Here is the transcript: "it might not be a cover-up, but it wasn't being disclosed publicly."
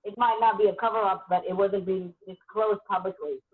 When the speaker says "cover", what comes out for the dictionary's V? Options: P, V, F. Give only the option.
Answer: V